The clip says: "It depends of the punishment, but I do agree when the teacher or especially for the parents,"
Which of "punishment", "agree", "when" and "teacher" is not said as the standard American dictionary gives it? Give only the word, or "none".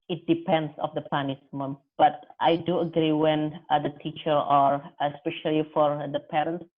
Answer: punishment